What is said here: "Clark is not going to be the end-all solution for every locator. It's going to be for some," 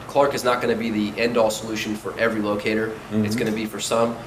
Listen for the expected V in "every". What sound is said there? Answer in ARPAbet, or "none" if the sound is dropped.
V